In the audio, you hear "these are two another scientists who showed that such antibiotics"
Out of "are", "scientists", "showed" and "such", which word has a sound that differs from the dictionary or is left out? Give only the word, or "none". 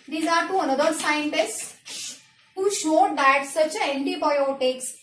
none